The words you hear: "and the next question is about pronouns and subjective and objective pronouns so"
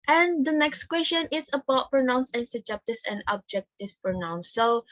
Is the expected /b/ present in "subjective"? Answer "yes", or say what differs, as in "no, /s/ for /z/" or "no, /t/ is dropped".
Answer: no, /b/ is dropped